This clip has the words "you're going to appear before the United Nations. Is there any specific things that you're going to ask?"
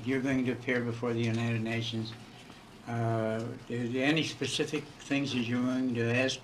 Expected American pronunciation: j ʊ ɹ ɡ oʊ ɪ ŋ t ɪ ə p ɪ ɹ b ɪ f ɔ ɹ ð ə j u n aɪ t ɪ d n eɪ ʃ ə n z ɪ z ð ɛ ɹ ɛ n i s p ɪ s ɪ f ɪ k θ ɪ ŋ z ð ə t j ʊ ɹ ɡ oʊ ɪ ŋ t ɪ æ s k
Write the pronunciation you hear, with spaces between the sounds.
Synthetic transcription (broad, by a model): j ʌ ɹ ɡ oʊ ɪ ŋ t ɪ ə p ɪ ɹ b ɪ f ɔ ɹ ð ə j u n aɪ t ɪ d n eɪ ʃ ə n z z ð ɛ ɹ ɛ n i s p ɪ s ɪ f ɪ k θ ɪ ŋ z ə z j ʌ ɹ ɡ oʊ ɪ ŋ t ɪ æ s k